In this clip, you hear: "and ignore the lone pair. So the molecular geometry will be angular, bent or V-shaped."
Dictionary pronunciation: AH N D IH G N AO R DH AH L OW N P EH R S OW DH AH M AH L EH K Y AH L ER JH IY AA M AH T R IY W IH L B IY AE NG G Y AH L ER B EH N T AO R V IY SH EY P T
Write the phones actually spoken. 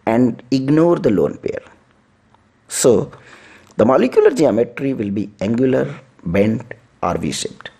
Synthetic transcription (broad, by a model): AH N D IH G N AO R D AH L OW N P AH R S OW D AH M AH L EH K Y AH L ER JH IY AA M AH T R IY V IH L B IY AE NG G Y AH L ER B EH N T AO R V IY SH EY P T